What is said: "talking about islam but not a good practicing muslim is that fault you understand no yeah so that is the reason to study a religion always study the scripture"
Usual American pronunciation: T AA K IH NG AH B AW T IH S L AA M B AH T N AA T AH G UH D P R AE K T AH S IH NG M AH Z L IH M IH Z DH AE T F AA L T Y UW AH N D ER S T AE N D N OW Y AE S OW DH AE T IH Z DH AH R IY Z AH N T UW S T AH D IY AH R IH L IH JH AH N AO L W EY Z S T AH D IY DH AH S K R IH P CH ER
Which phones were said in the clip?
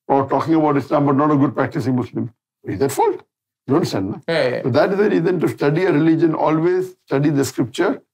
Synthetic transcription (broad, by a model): T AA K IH NG AH B AW T IH S L AA M B AH T N AA T AH G UH D P R AE K T AH S IH NG M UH S L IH M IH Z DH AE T F AA L T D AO N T S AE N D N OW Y S OW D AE T IH Z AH R IY Z AH N T UW S T AH D IY AH R IH L IH JH AH N AO L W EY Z S T AH D IY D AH S K R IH P CH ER